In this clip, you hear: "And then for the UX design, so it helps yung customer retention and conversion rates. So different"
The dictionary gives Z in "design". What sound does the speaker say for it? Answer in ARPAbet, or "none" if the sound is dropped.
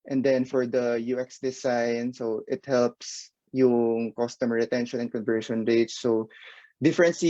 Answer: S